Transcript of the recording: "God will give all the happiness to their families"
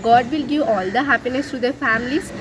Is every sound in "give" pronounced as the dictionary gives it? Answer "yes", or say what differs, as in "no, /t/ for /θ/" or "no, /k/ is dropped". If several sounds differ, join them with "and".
no, /v/ is dropped